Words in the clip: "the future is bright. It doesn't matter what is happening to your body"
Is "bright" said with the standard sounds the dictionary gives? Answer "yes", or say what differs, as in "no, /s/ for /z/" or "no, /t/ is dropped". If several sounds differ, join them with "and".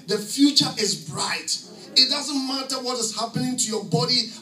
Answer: yes